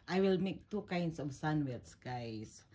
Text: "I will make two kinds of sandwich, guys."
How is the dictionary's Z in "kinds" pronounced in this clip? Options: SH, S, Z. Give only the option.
S